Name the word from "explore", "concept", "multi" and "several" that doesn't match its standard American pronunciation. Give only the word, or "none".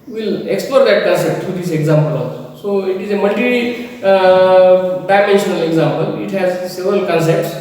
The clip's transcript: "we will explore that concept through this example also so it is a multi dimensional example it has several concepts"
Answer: none